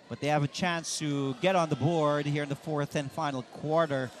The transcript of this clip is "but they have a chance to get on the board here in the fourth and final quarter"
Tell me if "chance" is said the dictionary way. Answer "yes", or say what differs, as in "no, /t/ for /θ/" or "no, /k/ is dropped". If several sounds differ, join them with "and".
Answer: yes